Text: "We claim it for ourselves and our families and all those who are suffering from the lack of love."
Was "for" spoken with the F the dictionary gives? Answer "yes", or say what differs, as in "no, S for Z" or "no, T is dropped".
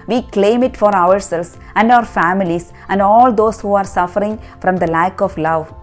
yes